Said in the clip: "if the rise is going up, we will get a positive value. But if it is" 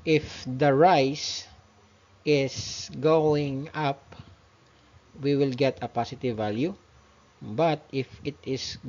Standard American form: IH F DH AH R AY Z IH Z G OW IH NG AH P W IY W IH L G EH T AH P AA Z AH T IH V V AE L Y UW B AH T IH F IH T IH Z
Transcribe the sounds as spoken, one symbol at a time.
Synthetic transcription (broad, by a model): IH F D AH R AY S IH S G OW IH NG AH P W IY W IH L G EH T AH P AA S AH T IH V V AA L Y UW B AH T IH F IH T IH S